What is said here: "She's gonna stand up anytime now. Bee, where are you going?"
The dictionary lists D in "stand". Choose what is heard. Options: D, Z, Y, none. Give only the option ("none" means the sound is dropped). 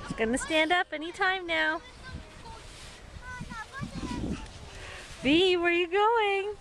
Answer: D